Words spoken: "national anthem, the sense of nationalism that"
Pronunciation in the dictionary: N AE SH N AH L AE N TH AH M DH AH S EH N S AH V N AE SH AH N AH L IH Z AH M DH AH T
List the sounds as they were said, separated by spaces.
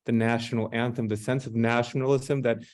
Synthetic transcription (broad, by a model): N AE SH N L AE N TH AH M DH AH S EH N S AH V N AE SH N L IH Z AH M DH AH T